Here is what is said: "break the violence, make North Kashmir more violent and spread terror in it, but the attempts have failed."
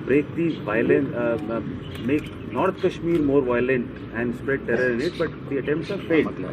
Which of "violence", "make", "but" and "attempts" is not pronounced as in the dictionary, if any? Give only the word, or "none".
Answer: violence